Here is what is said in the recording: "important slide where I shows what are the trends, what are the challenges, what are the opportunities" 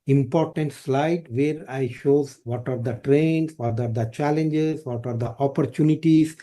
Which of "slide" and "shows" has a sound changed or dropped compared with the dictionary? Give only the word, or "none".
none